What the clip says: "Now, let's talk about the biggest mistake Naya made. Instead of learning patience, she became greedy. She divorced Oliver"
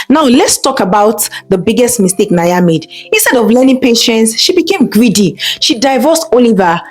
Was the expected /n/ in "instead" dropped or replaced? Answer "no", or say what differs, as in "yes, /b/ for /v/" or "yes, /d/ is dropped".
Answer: no